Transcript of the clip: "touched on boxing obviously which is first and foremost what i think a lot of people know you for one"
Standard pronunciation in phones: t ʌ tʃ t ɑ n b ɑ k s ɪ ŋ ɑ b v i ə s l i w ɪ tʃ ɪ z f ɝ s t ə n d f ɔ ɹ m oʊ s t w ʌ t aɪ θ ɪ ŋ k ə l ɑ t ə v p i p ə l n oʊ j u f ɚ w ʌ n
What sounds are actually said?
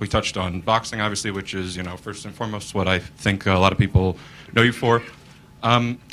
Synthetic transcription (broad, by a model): t ʌ tʃ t n b ɑ k s ɪ ŋ ɑ b v i ə s l i w ɪ tʃ ɪ z f ɝ s t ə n f ɔ ɹ m oʊ s t w ʌ t aɪ θ ɪ ŋ k ə l ɑ t ə v p i p l n oʊ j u f ɚ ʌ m